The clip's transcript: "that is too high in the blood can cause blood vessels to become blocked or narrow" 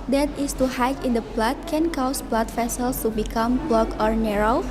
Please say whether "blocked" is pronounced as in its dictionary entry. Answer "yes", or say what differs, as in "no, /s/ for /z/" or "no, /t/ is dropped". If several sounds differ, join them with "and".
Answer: no, /t/ is dropped